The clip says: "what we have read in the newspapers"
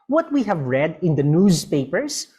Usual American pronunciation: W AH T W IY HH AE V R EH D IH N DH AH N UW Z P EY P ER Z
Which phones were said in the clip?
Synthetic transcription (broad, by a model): W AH T W IY HH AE V R EH D IH N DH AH N UW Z P EY P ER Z